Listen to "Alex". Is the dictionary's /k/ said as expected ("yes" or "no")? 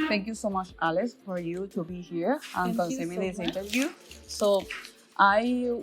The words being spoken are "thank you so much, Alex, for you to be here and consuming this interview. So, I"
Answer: no